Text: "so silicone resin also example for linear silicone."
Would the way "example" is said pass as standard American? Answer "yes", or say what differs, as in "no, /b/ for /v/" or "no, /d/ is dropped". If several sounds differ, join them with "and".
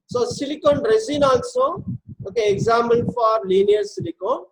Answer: no, /p/ is dropped and /n/ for /l/